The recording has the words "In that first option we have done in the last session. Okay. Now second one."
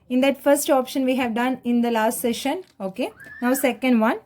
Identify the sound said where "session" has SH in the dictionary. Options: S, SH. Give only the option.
SH